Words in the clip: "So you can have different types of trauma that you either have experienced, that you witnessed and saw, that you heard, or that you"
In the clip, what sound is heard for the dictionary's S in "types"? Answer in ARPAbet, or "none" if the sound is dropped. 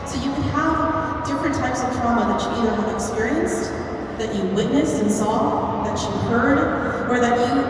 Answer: S